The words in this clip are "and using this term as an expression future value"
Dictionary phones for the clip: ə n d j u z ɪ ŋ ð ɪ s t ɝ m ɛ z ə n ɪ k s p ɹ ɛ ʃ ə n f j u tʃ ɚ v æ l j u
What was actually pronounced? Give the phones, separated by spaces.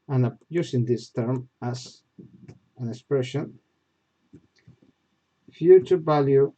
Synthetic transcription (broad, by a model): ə n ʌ j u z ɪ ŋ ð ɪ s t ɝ m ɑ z ə n ɪ k s p ɹ ɛ ʃ ə n f j u tʃ ɚ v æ l j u